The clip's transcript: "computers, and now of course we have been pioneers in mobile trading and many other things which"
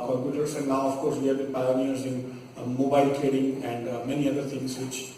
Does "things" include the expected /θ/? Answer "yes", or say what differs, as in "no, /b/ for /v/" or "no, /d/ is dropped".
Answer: no, /t/ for /θ/